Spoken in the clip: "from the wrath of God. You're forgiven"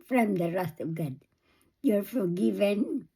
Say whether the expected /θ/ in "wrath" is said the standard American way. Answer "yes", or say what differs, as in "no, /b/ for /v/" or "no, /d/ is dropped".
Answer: no, /s/ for /θ/